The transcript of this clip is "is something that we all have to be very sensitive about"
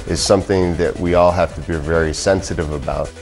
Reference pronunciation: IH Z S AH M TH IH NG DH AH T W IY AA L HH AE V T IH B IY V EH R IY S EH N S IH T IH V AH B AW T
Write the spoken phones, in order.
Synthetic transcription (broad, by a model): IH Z S AH M TH IH NG DH AH T W IY AA L HH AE F T IH B IY V EH R IY S EH N S IH T IH V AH B AW T